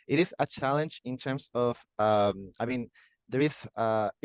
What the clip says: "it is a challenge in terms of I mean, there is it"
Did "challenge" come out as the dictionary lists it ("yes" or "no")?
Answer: yes